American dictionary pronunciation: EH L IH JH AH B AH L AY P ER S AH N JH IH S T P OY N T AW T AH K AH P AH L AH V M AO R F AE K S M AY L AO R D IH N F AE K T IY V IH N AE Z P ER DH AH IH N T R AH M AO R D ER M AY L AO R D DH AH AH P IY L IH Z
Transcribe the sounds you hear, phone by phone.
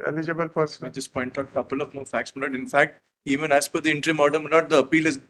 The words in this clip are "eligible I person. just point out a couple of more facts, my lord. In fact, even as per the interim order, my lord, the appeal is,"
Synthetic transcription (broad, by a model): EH L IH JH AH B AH L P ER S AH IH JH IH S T P OY N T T AH K AH P AH L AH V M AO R F AE K S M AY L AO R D IH N F AE K T IY V IH N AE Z F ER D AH IH N T R AH M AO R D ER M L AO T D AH AH P IY L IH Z